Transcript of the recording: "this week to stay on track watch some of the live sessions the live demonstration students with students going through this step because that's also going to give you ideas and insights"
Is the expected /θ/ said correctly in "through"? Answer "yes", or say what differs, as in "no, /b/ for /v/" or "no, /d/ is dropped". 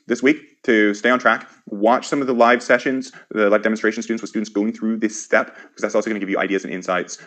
yes